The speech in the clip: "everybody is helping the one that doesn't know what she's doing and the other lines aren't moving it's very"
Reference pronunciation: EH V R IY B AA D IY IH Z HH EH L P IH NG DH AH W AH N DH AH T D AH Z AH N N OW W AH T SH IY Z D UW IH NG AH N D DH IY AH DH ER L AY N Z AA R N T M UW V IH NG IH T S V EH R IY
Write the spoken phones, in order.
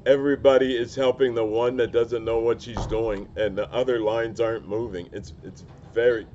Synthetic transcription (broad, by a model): EH V R IY B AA D IY IH Z HH EH L P IH NG DH AH W AH N DH AH T D AH Z AH N N OW W AH T SH IY Z D UW IH NG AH N DH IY AH DH ER L AY N Z AA R N M UW V IH NG IH T S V EH R IY